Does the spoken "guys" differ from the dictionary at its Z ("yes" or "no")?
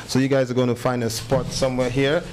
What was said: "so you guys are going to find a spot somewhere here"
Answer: no